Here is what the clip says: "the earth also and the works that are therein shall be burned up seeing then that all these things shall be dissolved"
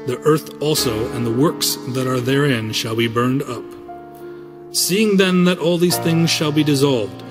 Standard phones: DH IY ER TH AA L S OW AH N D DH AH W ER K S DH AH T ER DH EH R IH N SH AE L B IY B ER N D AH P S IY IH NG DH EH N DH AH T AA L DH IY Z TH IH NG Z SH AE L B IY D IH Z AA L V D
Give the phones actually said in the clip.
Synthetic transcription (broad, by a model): DH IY ER TH AA L S OW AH N DH AH W ER K S DH AH T ER DH EH R IH N SH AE L B IY B ER N D AH P S IY IH NG DH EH N DH AH T AA L DH IY Z TH IH NG Z SH AE L B IY D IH Z AA L V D